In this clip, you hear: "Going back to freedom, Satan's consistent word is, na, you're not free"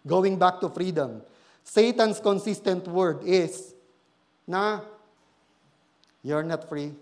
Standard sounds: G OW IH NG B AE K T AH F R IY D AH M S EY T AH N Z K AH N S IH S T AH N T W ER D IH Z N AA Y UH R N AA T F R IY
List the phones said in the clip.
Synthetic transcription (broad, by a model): G OW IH NG B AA K T AH F R IY D AH M S EY T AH N S K AH N S IH S T AH N T W ER D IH S N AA Y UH R N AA T F R IY